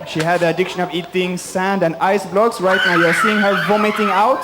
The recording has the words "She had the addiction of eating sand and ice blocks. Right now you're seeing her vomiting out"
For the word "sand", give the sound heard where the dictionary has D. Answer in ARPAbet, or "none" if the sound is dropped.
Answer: D